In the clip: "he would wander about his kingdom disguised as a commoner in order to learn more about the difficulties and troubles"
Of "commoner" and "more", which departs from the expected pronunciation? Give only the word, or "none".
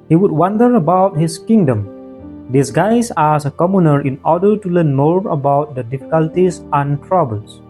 none